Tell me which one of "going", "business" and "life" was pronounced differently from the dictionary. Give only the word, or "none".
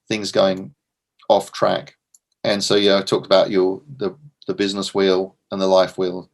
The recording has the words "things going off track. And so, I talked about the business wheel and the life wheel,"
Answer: none